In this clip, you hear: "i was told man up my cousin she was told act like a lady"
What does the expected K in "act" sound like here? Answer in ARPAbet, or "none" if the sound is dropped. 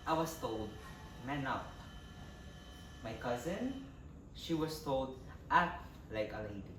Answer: none